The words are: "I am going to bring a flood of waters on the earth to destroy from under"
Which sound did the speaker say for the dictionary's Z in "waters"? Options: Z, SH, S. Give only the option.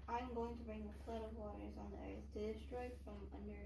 Z